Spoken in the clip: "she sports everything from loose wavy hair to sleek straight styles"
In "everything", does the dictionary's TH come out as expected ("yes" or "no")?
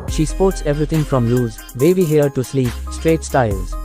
no